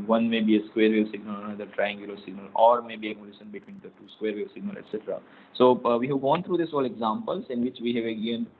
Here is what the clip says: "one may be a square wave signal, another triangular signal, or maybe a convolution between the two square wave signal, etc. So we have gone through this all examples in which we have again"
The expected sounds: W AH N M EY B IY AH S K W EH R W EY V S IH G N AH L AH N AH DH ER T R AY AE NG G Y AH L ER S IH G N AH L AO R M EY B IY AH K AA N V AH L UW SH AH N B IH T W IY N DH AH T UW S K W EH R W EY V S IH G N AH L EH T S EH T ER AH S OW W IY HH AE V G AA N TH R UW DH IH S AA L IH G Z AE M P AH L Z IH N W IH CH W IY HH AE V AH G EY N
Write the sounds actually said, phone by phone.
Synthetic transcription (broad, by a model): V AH N M EY B IY AH S K W EH R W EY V S IH G N AH L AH N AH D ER T R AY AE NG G Y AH L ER S IH G N AH L AO R M EY B IY AH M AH L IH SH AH N B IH T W IY N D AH T UW S K W EH R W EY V S IH G N AH L EH T S EH T ER AH S OW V IY HH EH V G AA N T R UW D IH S AA L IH G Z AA M P AH L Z IH N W IH CH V IY HH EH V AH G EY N